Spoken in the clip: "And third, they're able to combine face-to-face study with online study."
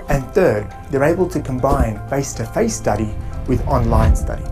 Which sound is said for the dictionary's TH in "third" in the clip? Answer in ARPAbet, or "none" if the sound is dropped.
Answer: TH